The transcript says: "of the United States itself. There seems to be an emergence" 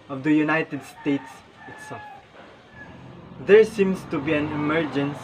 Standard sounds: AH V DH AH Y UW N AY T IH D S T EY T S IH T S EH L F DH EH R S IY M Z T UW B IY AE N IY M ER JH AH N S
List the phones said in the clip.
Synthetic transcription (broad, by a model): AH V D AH Y UW N AY T IH D S T EY T S IH T S EH L F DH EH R S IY M S T UW B IY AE N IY M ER JH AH N S